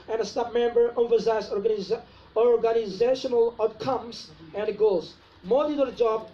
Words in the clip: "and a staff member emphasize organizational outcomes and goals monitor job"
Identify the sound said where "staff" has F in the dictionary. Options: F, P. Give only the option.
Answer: P